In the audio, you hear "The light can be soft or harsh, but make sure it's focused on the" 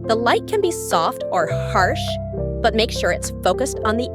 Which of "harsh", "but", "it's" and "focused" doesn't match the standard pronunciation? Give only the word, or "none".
none